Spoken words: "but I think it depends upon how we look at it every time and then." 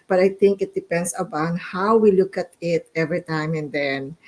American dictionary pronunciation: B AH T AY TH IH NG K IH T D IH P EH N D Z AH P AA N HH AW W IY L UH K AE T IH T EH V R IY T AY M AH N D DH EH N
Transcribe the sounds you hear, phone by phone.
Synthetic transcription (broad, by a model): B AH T AY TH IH NG K IH T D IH P EH N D S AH B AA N HH AW W IY L UH K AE T IH T EH V R IY T AY M AH N D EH N